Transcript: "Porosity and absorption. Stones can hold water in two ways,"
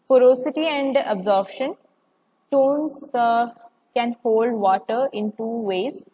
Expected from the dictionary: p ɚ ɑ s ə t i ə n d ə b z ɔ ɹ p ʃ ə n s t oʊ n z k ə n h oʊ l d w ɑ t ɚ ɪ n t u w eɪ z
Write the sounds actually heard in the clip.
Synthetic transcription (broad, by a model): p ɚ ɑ s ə t i ə n d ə b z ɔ ɹ b ʃ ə n s t oʊ n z k ə n h oʊ l d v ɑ t ɚ ɪ n t u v eɪ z